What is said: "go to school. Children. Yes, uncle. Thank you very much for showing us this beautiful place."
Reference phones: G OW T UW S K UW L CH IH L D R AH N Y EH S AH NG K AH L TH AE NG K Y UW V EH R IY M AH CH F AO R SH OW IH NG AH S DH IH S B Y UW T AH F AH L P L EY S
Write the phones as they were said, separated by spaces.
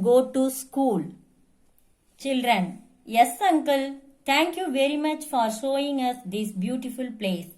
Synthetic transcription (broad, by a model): G OW T UW S K UW L CH IH L D R AH N Y EH S AH NG K AH L T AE NG K Y UW V EH R IY M AH CH F AO R SH OW IH NG AH S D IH S B Y UW T AH F AH L P L EY S